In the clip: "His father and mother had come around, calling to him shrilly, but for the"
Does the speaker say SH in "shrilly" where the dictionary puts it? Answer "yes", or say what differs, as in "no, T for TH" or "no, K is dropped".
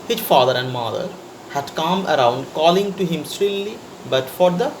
no, S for SH